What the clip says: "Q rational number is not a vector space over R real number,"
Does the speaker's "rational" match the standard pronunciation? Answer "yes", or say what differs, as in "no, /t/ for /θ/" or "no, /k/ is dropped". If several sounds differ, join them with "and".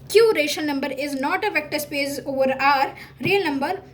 no, /n/ is dropped